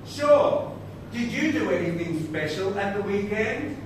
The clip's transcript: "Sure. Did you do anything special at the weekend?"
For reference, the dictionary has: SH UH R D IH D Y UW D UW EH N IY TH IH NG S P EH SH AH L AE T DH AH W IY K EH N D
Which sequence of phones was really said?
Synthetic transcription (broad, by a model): SH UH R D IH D Y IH D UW EH N IY TH IH NG S P EH SH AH L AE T DH AH W IY K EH N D